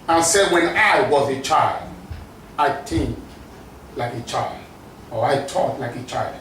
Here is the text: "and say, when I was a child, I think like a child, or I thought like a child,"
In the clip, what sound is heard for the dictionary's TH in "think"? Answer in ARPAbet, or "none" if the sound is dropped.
T